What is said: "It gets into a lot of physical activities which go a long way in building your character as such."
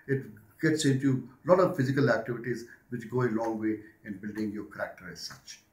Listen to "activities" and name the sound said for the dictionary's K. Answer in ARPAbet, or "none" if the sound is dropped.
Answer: K